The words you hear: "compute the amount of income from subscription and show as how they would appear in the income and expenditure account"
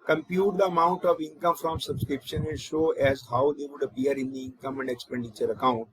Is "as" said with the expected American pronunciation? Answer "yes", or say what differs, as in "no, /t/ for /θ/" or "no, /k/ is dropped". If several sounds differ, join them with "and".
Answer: yes